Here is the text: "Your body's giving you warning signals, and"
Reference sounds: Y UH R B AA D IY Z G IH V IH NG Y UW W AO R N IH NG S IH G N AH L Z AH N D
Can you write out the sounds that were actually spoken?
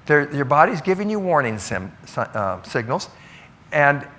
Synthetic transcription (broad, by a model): Y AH R B AA D IY Z G IH V IH NG Y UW W AO R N IH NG S IH G N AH L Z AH N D